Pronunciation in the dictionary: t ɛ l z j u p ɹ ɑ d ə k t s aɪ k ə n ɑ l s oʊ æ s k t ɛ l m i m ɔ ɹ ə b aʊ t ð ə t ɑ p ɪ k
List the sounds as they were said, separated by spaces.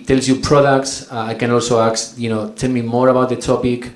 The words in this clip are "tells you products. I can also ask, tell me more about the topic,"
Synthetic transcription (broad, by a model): t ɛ l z j u p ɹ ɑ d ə k t s aɪ k ə n ɑ l s oʊ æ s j t ɛ l m i m ɔ ɹ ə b aʊ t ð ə t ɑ p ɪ k